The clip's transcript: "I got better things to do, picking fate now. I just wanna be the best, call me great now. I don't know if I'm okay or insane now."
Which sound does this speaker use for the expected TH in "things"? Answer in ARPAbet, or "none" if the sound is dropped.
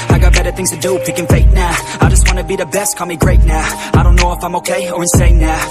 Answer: TH